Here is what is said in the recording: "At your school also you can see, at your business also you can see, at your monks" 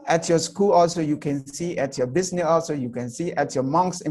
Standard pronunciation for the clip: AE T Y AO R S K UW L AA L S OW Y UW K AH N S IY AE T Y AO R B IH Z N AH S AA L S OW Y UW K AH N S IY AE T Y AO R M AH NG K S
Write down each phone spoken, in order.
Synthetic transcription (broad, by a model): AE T Y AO S K UW L AA L S OW Y UW K AH N S IY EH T Y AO B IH S N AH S AA L S OW Y UW K AH N S IY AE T Y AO M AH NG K S